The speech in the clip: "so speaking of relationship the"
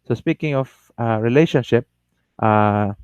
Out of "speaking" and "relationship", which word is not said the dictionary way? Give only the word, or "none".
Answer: none